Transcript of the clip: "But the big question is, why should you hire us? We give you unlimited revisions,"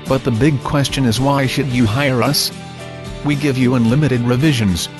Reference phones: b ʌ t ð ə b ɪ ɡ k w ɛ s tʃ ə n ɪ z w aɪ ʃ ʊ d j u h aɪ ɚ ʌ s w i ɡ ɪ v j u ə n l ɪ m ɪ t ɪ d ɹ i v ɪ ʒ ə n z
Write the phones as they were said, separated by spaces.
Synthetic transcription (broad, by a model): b ʌ t ð ə b ɪ ɡ k w ɛ s tʃ ə n ɪ z w aɪ ʃ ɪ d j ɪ h aɪ ɚ ʌ s w i ɡ ɪ v j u ə n l ɪ m ɪ t ɪ d ɹ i v ɪ ʒ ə n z